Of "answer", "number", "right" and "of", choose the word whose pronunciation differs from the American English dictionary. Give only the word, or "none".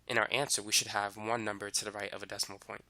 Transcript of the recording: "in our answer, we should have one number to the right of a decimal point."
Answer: none